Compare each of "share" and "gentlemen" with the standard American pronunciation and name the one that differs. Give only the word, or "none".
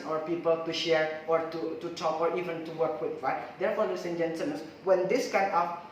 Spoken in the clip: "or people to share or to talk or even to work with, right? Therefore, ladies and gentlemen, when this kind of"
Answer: gentlemen